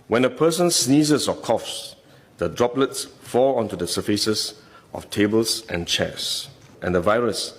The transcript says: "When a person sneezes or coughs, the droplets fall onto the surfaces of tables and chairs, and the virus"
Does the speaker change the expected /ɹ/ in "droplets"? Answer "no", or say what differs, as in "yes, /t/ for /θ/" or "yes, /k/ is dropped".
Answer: no